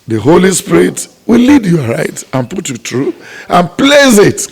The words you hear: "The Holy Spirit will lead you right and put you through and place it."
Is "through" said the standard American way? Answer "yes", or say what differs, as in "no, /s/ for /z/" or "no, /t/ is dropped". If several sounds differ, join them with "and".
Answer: no, /t/ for /θ/